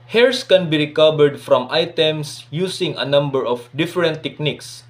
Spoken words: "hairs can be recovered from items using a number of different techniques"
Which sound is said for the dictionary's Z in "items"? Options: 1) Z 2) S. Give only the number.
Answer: 2